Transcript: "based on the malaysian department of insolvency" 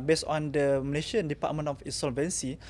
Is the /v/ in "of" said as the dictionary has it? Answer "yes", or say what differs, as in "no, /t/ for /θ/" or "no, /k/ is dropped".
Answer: no, /f/ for /v/